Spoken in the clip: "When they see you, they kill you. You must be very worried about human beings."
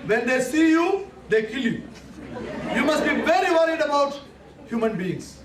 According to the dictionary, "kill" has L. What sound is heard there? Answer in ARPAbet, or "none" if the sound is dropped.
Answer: L